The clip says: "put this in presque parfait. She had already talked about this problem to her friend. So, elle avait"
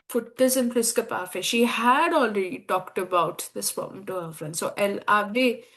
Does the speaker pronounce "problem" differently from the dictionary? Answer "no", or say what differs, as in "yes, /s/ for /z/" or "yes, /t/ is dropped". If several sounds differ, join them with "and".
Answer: yes, /ɹ/ is dropped